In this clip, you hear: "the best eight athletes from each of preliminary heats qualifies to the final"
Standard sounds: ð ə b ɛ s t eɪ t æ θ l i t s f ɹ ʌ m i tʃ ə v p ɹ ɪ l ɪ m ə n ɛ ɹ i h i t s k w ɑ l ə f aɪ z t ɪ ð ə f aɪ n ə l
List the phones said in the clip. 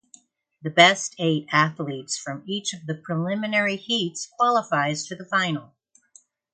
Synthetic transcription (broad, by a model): ð ə b ɛ s t eɪ t æ θ l i t s f ɹ ʌ m i tʃ ə v p ɹ ɪ l ɪ m ə n ɛ ɹ i h i t s k w ɑ l ə f aɪ z t ɪ ð ə f aɪ n l